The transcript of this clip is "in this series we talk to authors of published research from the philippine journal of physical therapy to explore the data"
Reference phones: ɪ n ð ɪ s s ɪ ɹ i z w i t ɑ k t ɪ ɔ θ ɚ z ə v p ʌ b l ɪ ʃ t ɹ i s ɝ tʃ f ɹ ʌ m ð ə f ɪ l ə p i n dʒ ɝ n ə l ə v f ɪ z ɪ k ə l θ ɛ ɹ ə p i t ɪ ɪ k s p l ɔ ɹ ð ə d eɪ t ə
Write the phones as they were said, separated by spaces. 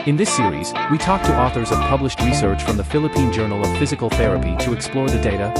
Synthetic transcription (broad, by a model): ɪ n ð ɪ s s ɪ ɹ i z w i t ɑ k t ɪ ɔ θ ɚ z ə v p ʌ b l ɪ ʃ t ɹ i s ɝ tʃ f ɹ ʌ m ð ə f ɪ l ə p i n dʒ ɝ n l ə v f ɪ z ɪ k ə l θ ɛ ɹ ə p i t ɪ ɪ k s p l ɔ ɹ ð ə d eɪ t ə